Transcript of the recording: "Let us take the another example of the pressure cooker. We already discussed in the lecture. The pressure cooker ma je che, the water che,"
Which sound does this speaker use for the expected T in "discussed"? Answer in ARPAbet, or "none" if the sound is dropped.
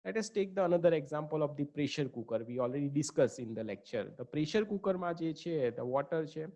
none